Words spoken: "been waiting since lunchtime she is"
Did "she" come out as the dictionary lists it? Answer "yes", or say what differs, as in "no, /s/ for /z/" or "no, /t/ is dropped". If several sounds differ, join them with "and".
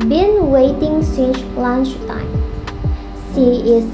no, /s/ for /ʃ/